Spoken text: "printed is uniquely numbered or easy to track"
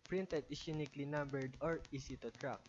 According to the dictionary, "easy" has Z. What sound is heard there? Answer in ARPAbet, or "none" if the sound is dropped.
S